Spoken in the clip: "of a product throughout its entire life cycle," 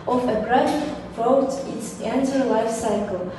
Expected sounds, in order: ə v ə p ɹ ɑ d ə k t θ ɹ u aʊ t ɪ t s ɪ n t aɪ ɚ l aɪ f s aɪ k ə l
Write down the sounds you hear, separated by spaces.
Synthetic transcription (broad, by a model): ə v ə b ɹ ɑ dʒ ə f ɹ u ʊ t ɪ t s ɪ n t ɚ l aɪ f s aɪ k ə l